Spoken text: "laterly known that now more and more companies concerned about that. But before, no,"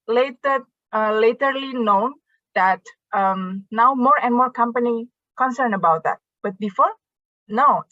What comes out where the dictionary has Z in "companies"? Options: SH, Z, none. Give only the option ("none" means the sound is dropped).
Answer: none